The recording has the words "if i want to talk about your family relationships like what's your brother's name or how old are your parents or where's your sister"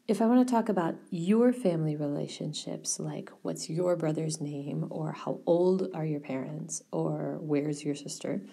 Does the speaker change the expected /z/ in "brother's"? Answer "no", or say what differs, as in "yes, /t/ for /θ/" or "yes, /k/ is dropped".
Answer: no